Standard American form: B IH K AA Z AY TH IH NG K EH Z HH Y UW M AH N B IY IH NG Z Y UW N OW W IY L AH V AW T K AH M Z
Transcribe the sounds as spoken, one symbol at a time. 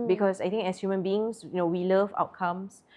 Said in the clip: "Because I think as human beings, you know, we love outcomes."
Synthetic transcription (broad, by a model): B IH K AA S AY T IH NG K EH S HH Y UW M AH N B IY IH NG S Y UW N OW W IY L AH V AW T K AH M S